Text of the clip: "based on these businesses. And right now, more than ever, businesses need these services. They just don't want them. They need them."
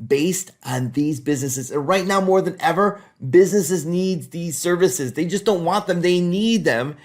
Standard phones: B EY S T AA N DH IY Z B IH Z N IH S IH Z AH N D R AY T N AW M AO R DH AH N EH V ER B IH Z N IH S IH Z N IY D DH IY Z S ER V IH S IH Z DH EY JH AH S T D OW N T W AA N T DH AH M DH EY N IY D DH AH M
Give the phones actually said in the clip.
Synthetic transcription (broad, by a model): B EY S T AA N DH IY Z B IH Z N IH S IH Z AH N R AY T N AW M AO R DH AH N EH V ER B IH Z N IH S IH Z N IY D DH IY Z S ER V IH S IH Z DH EY JH AH S D OW N T W AA N DH AH M DH EY N IY D DH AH M